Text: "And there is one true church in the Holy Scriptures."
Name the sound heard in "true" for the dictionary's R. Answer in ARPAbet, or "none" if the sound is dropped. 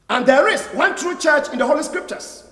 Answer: R